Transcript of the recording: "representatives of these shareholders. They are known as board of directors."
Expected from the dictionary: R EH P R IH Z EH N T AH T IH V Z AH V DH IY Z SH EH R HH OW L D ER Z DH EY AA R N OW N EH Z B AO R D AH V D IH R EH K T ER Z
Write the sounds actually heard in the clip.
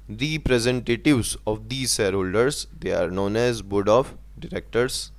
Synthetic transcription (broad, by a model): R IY P R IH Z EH N T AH T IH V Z AH V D IY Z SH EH R HH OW L D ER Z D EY AA R N OW N EH Z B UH D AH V D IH R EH K T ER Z